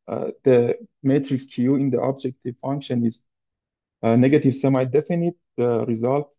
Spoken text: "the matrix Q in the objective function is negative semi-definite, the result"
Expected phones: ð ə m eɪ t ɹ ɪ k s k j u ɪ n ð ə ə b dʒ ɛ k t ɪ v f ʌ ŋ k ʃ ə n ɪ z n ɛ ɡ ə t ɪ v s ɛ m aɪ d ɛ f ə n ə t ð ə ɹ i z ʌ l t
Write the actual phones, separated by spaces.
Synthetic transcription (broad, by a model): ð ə m eɪ t ɹ ɪ k s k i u ɪ n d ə ə b dʒ ɛ k t ɪ v f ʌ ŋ k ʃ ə n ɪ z n ɛ ɡ ə t ɪ v s ɛ m aɪ d ɛ f ə n ə t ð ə ɹ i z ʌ l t